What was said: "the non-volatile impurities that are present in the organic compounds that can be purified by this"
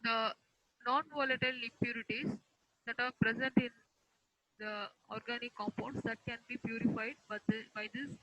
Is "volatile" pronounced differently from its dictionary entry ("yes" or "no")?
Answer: no